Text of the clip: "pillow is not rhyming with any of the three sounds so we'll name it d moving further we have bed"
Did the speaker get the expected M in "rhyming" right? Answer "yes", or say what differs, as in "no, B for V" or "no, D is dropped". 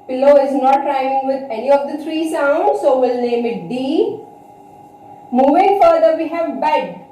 no, M is dropped